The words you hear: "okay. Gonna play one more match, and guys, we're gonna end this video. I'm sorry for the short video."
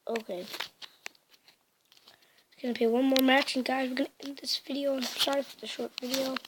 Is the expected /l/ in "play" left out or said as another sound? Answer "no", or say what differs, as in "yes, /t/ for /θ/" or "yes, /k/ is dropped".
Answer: yes, /l/ is dropped